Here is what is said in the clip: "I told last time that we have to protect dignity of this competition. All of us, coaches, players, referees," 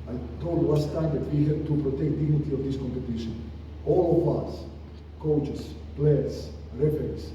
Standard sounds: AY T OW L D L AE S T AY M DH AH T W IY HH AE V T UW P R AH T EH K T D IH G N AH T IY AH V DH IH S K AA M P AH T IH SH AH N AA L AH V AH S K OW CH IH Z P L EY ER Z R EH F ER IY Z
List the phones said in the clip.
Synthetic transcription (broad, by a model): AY T OW L D W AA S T AY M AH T W IY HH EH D T UW P R AH T EH K T D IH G N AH T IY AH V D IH S K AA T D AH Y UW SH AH N AA L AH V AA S K OW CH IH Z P L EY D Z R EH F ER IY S